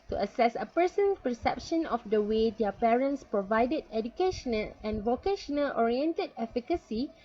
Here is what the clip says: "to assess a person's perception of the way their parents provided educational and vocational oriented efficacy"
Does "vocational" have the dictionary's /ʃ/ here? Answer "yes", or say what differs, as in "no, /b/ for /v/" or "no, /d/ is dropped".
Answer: yes